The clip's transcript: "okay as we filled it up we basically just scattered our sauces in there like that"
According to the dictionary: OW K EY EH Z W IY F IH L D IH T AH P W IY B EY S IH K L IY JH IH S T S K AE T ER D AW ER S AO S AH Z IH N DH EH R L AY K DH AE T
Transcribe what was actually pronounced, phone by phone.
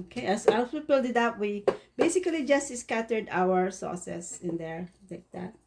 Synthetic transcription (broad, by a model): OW K EY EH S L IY P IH L D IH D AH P W IY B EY S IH K L IY JH IH S T S K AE T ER D AW ER S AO S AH S IH N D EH R L AY K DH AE T